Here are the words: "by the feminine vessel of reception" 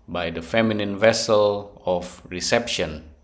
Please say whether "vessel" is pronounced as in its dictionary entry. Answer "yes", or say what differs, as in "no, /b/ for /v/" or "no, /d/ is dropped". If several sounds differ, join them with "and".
yes